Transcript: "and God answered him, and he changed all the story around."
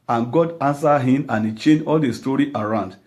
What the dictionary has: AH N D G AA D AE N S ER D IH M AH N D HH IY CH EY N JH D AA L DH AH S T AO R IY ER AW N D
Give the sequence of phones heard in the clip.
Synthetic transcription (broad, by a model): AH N G AA D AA N S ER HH IH M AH N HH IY CH EY N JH AA L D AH S T AO R IY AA AW N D